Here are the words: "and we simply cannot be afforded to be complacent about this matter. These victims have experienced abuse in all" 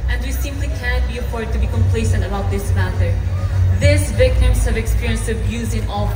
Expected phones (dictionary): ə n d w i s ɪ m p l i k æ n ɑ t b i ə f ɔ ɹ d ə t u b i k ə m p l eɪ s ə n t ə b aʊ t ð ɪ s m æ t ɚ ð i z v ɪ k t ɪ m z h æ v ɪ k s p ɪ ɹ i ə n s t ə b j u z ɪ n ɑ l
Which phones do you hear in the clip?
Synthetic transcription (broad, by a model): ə n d w i s ɪ m p l i k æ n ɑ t b i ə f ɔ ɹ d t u b i k ə m p l eɪ s ə n t ə b aʊ t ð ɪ s m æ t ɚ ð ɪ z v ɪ k t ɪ m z h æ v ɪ k s p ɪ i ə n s ə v j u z ɪ n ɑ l